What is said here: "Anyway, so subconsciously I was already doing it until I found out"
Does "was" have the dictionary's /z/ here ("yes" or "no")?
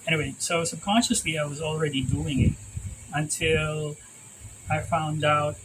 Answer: yes